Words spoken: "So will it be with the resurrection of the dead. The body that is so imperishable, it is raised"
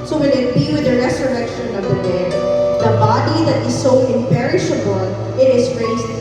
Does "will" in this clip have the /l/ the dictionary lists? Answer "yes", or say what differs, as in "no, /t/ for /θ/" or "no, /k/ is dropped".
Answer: no, /n/ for /l/